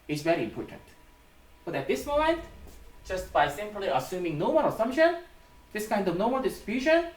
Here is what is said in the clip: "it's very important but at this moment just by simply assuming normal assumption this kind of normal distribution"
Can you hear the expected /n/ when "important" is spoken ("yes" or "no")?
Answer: yes